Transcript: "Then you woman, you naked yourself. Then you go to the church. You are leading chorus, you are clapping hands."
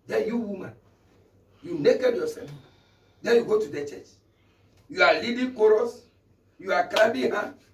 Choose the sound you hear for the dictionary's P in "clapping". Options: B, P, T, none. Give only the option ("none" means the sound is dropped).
B